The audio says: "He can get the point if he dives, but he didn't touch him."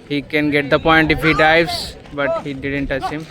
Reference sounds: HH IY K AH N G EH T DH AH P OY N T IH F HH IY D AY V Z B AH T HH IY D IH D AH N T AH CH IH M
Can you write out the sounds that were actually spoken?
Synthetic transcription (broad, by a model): HH IY K AH N G EH T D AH P OY N T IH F HH IY D AY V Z B AH T HH IY D IH D AH N T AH S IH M